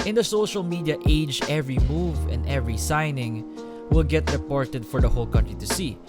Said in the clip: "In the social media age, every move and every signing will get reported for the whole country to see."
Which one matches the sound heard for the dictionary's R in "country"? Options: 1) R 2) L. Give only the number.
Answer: 1